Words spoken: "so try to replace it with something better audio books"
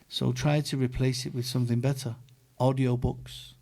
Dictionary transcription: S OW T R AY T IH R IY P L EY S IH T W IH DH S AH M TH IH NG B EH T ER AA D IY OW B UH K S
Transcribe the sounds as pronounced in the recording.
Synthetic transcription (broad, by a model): S OW T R AY T IH R IY P L EY S IH T W IH DH S AH M TH IH NG B EH T ER AA D IY OW B UH K S